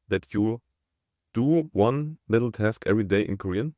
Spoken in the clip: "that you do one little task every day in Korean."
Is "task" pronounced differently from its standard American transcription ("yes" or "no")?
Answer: no